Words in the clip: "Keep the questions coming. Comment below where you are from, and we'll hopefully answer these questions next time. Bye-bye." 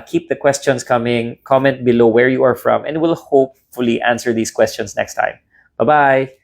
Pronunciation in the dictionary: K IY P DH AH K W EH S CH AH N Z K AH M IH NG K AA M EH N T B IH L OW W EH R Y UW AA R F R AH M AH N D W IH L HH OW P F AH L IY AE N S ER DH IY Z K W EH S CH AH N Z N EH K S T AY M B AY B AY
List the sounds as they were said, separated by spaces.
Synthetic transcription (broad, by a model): K IY P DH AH K W EH S CH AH N S K AH M IH NG K AA M EH N T B IH L OW W EH R Y UW AA R F R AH M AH N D W IH L HH OW P F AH L IY AE N S ER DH IY S K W EH S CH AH N S N EH K S T AY M B AY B AY